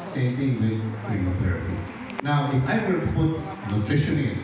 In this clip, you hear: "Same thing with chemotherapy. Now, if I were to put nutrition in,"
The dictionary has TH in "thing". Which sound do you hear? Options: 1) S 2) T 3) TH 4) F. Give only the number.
2